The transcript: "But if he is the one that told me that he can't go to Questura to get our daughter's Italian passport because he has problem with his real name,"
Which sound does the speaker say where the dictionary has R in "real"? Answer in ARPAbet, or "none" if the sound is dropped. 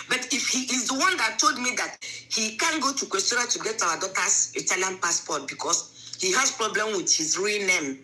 R